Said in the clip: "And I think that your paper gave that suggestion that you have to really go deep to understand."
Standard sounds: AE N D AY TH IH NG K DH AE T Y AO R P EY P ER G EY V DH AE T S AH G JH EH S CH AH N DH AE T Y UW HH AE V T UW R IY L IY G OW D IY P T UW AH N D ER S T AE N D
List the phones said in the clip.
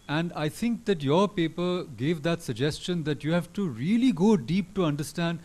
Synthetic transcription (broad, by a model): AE N D AY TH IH NG K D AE T Y AO R P EY P ER G EY V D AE T S AH G JH EH S CH AH N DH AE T Y UW HH AE V T UW R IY L IY G OW D IY P T UW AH N D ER S T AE N D